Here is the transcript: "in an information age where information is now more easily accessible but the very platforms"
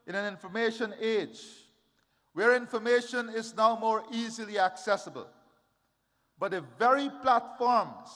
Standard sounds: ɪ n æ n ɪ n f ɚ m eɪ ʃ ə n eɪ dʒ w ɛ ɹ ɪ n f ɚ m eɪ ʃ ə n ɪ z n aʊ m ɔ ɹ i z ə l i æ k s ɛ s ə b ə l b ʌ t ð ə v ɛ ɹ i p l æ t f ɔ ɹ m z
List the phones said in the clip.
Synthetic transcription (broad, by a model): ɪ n æ n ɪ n f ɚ m eɪ ʃ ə n eɪ dʒ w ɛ ɹ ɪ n f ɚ m eɪ ʃ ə n ɪ z n aʊ m ɔ ɹ i z ə l i æ k s ɛ s ə b ə l b ʌ t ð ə v ɛ ɹ i p l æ t f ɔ ɹ m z